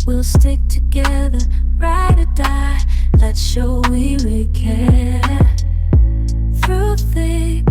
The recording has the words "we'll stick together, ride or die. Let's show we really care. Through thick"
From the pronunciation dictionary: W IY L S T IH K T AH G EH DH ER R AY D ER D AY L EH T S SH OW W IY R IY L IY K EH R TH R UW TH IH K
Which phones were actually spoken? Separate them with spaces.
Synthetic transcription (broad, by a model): W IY L S T IH K T AH G EH DH ER R AY D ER D AY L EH T S SH OW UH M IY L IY K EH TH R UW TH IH